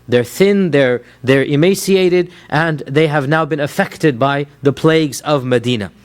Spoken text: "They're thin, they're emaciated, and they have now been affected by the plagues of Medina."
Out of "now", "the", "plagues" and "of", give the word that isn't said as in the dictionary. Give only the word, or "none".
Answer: none